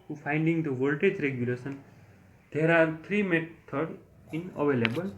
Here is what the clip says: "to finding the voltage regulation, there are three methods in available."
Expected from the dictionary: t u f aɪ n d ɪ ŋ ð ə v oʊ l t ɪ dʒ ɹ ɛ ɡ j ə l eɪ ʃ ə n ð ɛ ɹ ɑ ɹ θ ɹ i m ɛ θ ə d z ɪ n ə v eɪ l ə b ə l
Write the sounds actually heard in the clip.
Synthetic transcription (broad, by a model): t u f aɪ n d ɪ ŋ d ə v oʊ l t ɪ dʒ ɹ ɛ ɡ j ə l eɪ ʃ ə n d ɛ ɹ ɑ ɹ t ɹ i m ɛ t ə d ɪ n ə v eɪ l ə b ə l